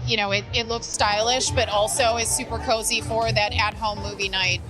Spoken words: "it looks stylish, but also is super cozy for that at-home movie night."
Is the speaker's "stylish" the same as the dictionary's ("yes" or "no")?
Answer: yes